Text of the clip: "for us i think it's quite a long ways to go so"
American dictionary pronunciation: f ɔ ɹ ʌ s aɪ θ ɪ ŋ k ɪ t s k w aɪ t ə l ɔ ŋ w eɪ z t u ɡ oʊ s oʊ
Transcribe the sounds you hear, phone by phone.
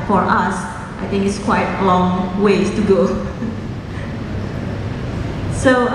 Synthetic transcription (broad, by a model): f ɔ ɹ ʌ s aɪ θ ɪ ŋ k ɪ t s k w aɪ t ə l ɔ ŋ w eɪ t u ɡ oʊ s oʊ